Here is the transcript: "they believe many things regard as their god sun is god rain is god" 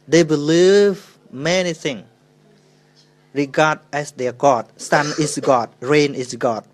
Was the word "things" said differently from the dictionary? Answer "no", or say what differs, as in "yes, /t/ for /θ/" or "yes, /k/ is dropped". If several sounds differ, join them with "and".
yes, /z/ is dropped